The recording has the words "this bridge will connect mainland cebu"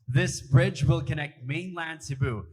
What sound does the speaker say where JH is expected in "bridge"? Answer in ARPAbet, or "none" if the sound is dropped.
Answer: JH